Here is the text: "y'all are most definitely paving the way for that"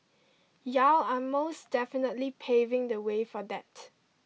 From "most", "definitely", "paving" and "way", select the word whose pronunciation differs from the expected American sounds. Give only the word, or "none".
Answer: none